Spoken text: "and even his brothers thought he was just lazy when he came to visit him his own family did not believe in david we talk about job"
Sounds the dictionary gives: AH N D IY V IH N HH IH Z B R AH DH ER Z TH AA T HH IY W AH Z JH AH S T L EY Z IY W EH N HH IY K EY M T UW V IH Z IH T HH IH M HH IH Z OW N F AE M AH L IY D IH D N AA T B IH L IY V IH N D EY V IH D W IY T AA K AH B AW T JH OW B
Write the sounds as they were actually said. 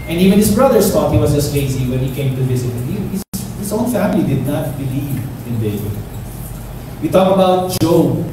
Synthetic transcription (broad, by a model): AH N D IY V IH N HH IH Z B R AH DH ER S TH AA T HH IY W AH S JH AH S T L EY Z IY W EH N HH IY K EY M T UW V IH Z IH T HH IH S HH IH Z OW N F AE M AH L IY D IH D N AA T B IH L IY V IH N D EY B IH W IY T AA K AH B AW T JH OW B